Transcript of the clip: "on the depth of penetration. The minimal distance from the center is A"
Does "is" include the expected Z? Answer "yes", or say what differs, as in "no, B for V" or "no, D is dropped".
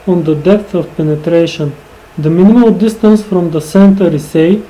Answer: no, S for Z